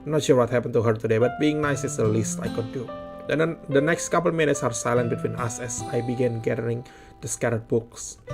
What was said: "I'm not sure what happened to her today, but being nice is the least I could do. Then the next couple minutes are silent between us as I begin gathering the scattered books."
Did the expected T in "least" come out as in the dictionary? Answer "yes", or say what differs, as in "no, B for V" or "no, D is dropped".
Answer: yes